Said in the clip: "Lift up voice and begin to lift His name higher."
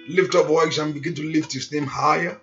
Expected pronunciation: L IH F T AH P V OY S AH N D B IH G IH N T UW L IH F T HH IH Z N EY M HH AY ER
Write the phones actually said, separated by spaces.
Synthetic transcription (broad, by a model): L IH F T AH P W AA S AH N B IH G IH N T UW L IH F T HH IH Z N EY M HH AY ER